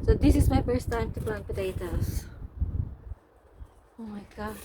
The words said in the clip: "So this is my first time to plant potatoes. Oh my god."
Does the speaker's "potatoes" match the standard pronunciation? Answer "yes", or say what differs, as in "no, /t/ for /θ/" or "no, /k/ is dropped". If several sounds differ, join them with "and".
no, /s/ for /z/